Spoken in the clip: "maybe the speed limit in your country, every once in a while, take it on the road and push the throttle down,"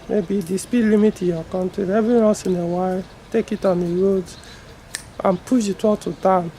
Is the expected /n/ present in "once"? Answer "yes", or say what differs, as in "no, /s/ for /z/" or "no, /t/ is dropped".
no, /n/ is dropped